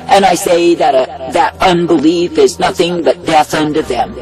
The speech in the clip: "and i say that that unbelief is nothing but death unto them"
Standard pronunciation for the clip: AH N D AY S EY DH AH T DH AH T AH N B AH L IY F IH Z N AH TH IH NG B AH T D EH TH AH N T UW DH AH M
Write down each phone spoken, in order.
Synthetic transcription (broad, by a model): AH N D AY S EY DH AH T DH AH T AH N B AH L IY F IH Z N AH TH IH NG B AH T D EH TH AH N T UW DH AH M